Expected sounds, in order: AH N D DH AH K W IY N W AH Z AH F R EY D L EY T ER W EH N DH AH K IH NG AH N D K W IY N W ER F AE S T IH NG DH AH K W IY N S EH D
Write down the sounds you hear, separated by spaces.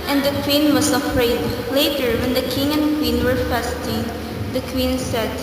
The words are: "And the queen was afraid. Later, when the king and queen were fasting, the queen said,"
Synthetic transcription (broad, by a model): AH N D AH K W IY N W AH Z AH F R EY D L EY T ER W EH N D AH K IH NG AH N D K W IY N W ER F AE S T IH NG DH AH K W IY N S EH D